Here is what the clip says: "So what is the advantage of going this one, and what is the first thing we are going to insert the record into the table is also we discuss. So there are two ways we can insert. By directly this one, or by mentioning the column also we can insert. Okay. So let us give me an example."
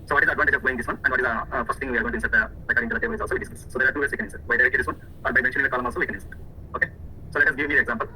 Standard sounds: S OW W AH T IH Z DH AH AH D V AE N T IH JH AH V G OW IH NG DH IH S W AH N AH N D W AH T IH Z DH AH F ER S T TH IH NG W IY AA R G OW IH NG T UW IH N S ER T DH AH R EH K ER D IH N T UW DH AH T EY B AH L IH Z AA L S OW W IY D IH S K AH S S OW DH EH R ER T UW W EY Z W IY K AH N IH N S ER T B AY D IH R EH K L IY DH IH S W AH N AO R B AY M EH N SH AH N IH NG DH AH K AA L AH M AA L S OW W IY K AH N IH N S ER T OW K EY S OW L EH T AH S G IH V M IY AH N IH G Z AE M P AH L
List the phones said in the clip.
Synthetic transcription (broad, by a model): S OW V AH T IH Z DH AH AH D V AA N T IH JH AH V G OW IH NG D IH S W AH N AH N D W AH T IH Z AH F ER S T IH NG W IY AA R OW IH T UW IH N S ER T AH L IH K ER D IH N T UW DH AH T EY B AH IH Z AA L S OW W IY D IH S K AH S S OW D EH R T UW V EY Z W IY K AH N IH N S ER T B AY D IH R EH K IY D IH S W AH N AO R B AY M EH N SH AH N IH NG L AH K AA L AH M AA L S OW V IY K AH N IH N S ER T OW K EY S OW L EH T AH S G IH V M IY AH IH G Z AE M P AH L